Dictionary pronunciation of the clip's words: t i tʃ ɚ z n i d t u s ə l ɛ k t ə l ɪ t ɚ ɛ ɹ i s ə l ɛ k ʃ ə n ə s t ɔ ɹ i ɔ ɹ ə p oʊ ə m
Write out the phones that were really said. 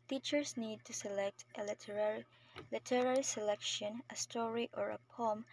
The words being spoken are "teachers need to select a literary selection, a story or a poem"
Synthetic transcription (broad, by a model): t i tʃ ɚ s n i d t u s ə l ɛ k t ə l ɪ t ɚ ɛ ɹ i s ə l ɛ k ʃ ə n ə s t ɔ ɹ i ɔ ɹ ə p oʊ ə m